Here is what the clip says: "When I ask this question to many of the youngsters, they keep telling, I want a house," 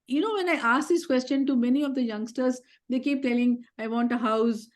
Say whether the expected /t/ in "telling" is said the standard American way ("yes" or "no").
yes